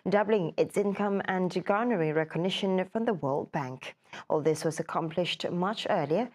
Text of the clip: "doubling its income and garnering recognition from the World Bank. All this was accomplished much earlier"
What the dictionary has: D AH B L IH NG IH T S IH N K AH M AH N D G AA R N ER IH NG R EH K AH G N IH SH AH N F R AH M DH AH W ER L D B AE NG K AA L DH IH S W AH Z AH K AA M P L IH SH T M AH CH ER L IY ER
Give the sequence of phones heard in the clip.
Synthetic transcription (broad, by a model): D AH B L IH NG IH T S IH N K AH M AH N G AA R N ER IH R EH K AH G N IH SH AH N F R AH M DH AH W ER L D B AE NG K AA L DH IH S W AH Z AH K AA M P L IH SH T M AH CH ER L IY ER